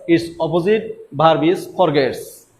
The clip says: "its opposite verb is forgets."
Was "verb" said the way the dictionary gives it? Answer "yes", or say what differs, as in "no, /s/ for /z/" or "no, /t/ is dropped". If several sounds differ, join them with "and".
no, /b/ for /v/